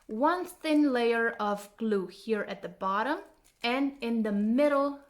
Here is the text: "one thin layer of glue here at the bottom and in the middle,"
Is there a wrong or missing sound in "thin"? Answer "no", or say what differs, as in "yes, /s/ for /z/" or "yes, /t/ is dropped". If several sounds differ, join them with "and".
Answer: no